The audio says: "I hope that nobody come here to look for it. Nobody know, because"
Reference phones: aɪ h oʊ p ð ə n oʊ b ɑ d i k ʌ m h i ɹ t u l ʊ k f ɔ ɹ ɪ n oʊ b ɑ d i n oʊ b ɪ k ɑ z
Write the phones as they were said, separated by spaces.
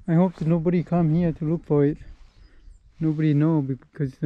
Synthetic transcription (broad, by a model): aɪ h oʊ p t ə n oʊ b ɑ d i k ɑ m h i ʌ t u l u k p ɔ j n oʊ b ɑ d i n oʊ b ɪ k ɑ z